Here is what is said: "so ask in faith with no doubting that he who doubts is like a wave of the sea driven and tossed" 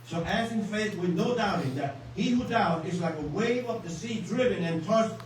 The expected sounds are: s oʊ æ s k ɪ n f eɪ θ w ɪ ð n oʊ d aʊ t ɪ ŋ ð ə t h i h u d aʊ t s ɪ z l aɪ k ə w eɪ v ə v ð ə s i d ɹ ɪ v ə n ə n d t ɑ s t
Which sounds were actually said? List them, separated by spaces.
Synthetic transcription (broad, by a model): s oʊ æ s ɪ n f eɪ θ w ɪ ð n oʊ d aʊ t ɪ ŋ ð ə t h i h u d aʊ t ɪ z l aɪ k ə w eɪ v ə p ð ə s i d ɹ ɪ v ə n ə n t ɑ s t